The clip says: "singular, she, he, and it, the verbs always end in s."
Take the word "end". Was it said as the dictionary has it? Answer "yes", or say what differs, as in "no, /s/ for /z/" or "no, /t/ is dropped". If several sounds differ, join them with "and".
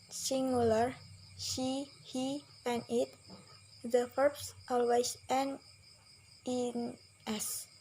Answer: no, /d/ is dropped